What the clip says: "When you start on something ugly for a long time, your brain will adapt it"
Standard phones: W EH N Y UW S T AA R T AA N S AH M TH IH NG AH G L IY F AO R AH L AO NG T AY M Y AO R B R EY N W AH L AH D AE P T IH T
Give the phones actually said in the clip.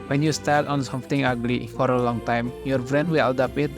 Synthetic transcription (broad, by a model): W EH N Y UW S T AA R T AA N S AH M T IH NG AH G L IY F AO R AH L AO NG T AY M Y AO R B R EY N W AH L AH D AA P IH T